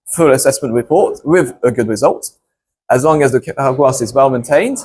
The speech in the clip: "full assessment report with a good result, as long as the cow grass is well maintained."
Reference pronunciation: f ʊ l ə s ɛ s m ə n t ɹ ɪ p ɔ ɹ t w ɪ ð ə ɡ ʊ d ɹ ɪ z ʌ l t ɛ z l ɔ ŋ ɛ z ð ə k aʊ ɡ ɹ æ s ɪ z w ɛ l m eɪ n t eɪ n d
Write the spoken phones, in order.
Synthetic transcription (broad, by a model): f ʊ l ə s ɛ s m ə n t ɹ ɪ p ɔ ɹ t w ɪ ð ə ɡ ʊ d ɹ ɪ z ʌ l t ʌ z l ɔ ŋ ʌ z ð ə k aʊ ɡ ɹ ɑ s ɪ z w ɛ l m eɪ n t eɪ n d